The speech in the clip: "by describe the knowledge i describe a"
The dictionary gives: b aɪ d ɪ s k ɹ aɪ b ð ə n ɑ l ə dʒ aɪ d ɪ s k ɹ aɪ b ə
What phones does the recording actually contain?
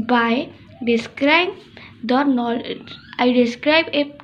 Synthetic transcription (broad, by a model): b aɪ d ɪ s k ɹ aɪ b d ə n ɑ ə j d ɪ s k ɹ aɪ b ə